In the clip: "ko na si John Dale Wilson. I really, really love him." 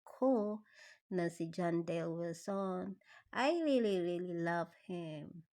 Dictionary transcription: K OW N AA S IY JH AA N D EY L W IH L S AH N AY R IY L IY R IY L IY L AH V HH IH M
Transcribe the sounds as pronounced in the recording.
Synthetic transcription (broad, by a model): K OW N AA S IY JH AA N D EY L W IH S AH N AY R IY L IY R IY L IY L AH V HH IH M